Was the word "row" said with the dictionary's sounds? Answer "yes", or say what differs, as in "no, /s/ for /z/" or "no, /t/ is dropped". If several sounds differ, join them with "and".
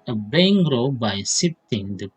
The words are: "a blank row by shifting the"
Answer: yes